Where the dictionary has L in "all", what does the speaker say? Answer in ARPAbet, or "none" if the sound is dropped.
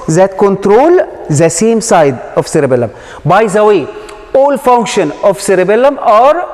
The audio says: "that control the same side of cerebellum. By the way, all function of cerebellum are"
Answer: L